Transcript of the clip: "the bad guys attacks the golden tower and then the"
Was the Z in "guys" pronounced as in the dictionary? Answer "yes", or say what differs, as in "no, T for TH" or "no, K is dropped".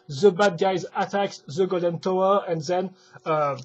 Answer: yes